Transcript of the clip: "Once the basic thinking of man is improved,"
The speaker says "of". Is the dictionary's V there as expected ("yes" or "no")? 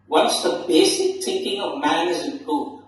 yes